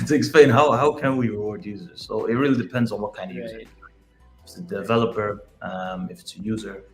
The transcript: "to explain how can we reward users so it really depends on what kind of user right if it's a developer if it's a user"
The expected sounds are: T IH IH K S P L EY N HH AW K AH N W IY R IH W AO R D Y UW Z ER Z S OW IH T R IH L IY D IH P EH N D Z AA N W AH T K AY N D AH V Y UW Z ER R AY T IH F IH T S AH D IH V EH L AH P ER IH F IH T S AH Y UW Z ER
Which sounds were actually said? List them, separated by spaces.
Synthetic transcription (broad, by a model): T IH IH K S P L EY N HH AW K AH N W IY R IH W AO R D Y UW Z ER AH S OW IH T R IH L IY D IH P EH N D Z N W AH T K AY N D AH V Y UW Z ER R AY IH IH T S AH D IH V EH L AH P ER IH F IH T S AH Y UW Z ER